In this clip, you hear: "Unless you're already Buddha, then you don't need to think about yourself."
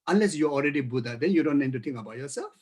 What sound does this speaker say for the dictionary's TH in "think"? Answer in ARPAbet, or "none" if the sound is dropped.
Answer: T